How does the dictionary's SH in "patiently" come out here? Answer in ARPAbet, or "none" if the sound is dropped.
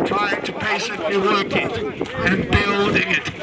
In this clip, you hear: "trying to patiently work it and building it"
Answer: S